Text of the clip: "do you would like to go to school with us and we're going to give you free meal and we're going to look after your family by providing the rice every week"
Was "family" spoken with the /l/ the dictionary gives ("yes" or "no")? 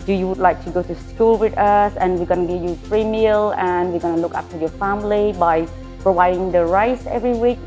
yes